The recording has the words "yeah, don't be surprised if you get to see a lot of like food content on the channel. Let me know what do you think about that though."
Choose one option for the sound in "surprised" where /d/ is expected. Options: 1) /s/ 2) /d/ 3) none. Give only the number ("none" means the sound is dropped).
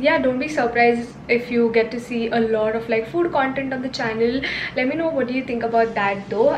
3